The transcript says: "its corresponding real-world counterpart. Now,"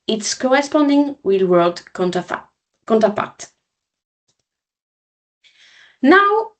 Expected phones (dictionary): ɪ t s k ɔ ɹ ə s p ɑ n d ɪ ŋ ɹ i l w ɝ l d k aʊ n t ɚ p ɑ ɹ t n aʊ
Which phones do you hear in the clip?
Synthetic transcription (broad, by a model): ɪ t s k ɔ ɹ ə s p ɑ n d ɪ ŋ w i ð w ɝ l d k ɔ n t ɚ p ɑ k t n aʊ